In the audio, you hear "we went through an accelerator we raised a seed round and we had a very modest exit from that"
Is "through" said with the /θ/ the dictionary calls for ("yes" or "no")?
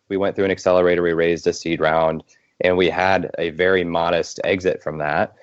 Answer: yes